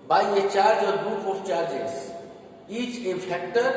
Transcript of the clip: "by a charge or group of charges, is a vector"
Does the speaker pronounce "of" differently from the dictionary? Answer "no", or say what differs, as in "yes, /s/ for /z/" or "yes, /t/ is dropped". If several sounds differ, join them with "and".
yes, /p/ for /v/